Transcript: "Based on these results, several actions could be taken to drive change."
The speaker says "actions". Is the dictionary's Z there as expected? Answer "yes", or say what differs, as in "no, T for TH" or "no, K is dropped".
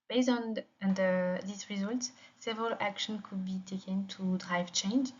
no, Z is dropped